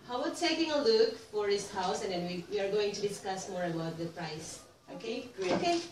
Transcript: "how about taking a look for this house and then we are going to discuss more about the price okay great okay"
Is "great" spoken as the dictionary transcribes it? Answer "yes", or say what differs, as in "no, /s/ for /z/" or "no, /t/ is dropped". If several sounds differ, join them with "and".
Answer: no, /t/ is dropped